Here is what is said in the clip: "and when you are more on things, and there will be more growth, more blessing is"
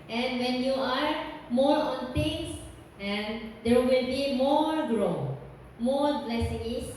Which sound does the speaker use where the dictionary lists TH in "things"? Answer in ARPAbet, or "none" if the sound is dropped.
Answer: T